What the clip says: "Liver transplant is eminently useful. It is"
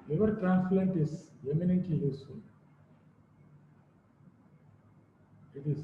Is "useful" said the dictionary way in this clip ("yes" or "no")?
no